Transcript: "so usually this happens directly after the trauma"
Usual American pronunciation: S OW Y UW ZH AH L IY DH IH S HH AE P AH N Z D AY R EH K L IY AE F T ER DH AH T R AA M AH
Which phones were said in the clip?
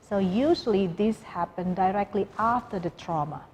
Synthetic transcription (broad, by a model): S OW Y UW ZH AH L IY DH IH S HH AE P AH N D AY R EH K L IY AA F T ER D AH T R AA M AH